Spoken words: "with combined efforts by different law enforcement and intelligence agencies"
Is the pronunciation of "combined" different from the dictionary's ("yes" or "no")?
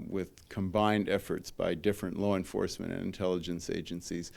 no